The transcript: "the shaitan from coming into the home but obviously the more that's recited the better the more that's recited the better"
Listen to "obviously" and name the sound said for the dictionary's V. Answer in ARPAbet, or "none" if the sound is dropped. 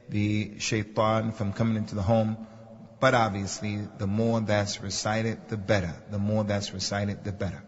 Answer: V